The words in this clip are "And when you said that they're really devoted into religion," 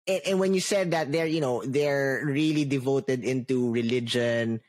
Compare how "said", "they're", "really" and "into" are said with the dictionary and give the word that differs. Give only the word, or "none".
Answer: none